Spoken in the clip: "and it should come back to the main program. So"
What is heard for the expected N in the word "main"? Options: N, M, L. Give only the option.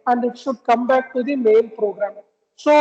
L